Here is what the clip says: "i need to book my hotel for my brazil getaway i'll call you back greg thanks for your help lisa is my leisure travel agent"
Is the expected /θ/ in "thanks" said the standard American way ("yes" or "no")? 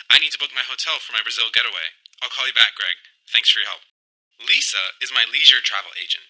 yes